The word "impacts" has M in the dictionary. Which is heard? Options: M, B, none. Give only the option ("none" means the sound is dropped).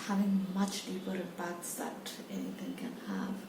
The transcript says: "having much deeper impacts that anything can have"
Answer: none